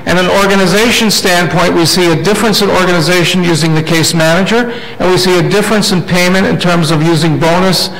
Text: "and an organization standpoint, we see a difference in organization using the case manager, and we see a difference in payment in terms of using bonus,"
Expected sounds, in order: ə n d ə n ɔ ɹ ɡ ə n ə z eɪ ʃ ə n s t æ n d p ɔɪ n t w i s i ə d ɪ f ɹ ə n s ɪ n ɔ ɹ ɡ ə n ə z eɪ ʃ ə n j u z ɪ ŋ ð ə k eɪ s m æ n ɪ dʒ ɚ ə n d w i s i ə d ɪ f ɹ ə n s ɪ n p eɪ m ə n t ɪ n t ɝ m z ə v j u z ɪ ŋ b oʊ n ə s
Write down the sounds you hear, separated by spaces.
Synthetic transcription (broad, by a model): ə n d ə n ɔ ɹ ɡ ə n ə z eɪ ʃ ə n s t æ n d p ɔɪ n t w i s i ə d ɪ f ɹ ə n s ɪ n ɔ ɹ ɡ ə n ə z eɪ ʃ ə n j u z ɪ ŋ ð ə k eɪ s m æ n ɪ dʒ ɚ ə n w i s i ə d ɪ f ɹ ə n s ɪ n p eɪ m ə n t ɪ n t ɝ m z ə v j u z ɪ ŋ b oʊ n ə s